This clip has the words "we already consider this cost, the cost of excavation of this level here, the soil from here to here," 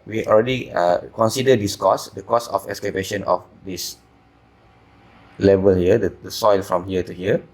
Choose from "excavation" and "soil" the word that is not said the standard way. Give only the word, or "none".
excavation